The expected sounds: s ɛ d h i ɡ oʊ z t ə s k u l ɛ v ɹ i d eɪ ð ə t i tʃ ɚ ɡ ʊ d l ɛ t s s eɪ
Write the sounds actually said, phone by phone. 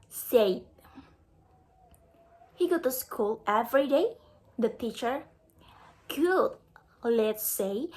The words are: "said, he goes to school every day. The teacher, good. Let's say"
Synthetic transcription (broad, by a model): s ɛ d h i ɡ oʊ t ə s k u l ɛ v ɹ i d eɪ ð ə t i tʃ ɚ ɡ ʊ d l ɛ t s s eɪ